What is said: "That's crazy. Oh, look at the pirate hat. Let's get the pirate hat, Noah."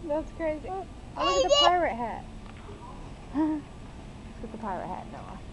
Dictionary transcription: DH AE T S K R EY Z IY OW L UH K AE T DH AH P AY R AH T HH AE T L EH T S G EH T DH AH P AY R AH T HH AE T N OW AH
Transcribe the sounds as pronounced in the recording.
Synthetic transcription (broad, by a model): DH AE T S K R EY Z IY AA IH AH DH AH P AY R AH T HH AE T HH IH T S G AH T DH AH P AY R AH T HH AE T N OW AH